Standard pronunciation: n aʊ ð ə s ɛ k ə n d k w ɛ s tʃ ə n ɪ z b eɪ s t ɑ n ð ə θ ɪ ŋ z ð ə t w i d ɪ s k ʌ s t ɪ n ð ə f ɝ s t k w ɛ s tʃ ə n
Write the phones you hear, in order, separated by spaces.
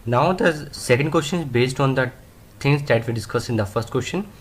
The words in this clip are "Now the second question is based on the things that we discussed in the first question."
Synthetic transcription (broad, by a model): n aʊ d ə s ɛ k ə n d k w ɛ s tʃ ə n ɪ z b eɪ s t ɑ n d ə t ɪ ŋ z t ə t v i d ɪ s k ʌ s ɪ n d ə f ɝ s t k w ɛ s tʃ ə n